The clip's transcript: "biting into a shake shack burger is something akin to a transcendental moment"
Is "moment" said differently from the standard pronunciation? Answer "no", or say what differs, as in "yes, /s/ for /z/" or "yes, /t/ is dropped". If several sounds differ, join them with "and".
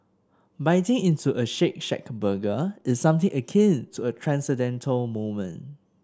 yes, /t/ is dropped